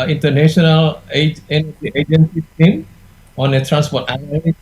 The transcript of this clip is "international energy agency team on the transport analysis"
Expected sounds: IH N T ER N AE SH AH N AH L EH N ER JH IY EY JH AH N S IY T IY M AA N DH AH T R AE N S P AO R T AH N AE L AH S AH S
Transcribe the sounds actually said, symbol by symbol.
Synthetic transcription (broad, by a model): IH N T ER N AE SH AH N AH L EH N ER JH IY EY JH AH N S IY S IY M AA N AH T R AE N S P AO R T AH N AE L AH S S